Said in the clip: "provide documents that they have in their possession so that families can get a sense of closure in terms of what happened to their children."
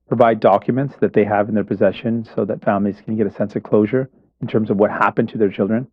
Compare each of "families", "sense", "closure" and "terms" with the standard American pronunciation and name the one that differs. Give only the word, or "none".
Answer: none